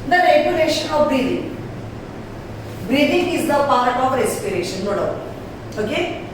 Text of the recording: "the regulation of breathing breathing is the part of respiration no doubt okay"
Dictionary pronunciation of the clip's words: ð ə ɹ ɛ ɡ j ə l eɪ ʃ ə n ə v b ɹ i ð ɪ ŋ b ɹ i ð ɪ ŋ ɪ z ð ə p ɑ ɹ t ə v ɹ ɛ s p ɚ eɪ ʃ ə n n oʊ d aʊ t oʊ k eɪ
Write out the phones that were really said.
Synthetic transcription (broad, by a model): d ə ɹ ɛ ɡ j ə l eɪ ʃ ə n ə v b ɹ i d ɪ ŋ b ɹ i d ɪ ŋ ɪ z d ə p ɑ ɹ t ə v ɹ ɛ s p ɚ eɪ ʃ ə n n oʊ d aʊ oʊ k eɪ